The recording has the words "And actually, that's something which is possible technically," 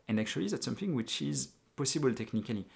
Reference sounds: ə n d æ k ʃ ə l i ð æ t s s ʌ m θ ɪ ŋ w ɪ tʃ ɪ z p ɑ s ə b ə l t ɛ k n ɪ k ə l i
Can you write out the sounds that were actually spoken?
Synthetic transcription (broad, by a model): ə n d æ k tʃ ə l i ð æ t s s ʌ m θ ɪ ŋ w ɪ tʃ ɪ z p ɑ s ə b ə l t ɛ k n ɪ k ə l i